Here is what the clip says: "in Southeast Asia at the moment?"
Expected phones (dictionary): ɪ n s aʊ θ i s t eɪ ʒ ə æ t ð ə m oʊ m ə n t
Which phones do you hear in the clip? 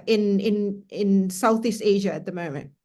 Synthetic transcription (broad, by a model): ɪ n s aʊ θ i s t eɪ ʒ ə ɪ t ð ə m oʊ m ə n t